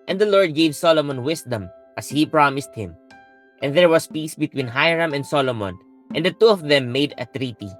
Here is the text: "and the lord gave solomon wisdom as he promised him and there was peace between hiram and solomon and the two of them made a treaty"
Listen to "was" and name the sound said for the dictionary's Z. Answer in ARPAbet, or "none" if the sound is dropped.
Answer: S